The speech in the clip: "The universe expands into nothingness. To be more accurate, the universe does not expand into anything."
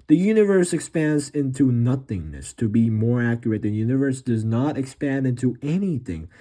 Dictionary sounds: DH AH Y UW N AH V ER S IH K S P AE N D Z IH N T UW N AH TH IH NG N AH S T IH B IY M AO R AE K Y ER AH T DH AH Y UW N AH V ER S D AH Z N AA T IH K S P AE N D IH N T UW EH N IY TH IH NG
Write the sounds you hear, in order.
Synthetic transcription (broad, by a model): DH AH Y UW N AH V ER S IH K S P AE N D Z IH N T UW N AH TH IH NG N AH S T IH B IY M AO R AE K Y ER AH T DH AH Y UW N AH V ER S D AH Z N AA T IH K S P AE N D IH N T UW EH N IY TH IH NG